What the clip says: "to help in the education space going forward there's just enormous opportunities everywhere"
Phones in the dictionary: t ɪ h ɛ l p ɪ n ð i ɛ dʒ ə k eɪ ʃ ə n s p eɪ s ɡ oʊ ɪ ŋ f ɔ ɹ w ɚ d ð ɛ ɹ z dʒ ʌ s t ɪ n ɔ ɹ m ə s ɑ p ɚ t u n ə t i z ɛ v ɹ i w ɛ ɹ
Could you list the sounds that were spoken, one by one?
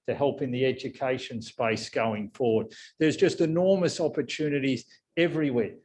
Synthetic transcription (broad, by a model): t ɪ h ɛ l p ɪ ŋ ð i ɛ dʒ ə k eɪ ʃ ə n s p eɪ s ɡ oʊ ɪ ŋ f ɔ ɹ w ɚ d ð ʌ ɹ z dʒ ʌ s t ɪ n ɔ ɹ m ə s ɑ p ɚ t u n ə t i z ɛ v ɹ i w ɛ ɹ